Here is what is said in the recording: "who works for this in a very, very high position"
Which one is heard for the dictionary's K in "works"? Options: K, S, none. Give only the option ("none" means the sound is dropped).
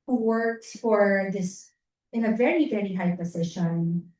K